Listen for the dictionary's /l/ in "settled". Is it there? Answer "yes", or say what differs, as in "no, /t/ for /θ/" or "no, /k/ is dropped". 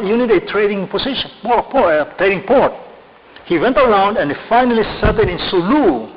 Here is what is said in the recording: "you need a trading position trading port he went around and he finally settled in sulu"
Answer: no, /l/ is dropped